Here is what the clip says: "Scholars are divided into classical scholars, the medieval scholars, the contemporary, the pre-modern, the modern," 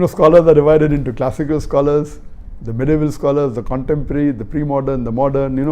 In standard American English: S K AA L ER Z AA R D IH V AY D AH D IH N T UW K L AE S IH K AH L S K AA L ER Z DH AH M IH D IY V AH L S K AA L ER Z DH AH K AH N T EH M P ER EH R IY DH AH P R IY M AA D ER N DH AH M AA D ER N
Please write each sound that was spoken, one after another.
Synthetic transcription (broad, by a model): S K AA L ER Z AA R D IH V AY D AH D IH N T UW K L AE S IH K AH L S K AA L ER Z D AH M IH D IY V AH L S K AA L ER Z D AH K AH N T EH M P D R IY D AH P R IY M AA D ER N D AH M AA D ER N